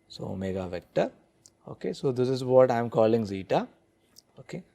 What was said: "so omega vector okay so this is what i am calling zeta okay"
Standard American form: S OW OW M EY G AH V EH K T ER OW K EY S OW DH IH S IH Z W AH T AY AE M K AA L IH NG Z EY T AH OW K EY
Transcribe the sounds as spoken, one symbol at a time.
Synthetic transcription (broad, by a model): S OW OW M EY G AH V EH K T ER OW K EY S OW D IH S IH Z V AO T AY M K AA L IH NG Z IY T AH OW K EY